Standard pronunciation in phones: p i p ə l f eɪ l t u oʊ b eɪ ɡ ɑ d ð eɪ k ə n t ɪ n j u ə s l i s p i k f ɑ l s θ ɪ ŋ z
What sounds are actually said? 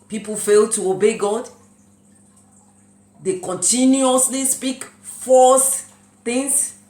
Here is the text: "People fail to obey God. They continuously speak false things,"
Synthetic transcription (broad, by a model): p i p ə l f eɪ l t u oʊ b eɪ ɡ ɑ d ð eɪ k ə n t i n j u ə s l i s p i k f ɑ s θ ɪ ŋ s